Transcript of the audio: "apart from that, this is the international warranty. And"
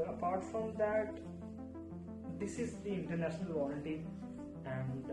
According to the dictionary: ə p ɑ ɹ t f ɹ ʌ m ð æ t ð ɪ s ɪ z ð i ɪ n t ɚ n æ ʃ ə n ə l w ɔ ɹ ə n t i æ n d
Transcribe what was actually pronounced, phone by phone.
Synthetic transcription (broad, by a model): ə p ɑ ɹ t f ɹ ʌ m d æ t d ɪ s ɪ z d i ɪ n t ɚ n æ ʃ ə n ə l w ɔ l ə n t i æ n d